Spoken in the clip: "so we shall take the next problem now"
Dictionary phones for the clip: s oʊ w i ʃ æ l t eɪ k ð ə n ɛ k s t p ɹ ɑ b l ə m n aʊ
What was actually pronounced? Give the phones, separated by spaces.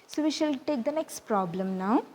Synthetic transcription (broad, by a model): s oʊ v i ʃ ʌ l t eɪ k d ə n ɛ k s t p ɹ ɑ b l ə m n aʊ